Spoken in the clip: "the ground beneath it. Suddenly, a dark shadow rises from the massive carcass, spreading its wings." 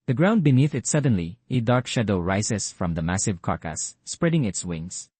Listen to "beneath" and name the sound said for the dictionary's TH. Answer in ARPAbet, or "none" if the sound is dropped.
TH